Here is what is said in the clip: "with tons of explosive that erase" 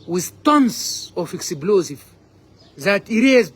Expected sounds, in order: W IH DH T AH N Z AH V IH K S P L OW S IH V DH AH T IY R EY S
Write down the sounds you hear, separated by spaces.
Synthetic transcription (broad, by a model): W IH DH T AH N S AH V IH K S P L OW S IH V DH AH T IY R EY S